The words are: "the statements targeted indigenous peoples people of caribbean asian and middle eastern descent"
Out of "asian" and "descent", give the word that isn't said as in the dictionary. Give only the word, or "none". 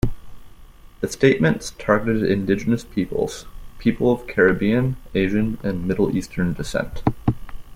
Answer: none